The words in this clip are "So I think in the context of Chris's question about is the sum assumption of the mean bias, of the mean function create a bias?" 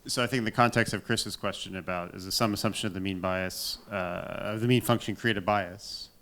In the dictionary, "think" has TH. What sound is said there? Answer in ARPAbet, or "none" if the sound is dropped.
TH